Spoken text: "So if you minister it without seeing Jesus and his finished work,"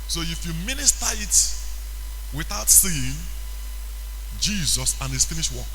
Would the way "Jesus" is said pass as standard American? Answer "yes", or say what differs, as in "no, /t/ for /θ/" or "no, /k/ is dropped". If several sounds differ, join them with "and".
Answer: yes